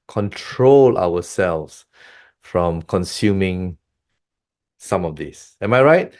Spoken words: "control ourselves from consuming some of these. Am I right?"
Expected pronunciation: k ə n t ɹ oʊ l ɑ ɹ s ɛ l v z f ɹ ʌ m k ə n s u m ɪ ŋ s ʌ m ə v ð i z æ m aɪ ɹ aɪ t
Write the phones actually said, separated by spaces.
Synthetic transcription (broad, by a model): k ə n t ɹ oʊ l ɑ w s ɛ l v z f ɹ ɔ m k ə n s u m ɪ ŋ s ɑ m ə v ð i s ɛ m aɪ ɹ aɪ t